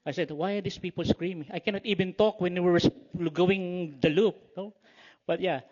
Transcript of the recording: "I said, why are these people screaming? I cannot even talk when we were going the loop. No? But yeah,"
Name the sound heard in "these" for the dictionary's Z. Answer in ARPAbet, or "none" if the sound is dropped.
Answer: S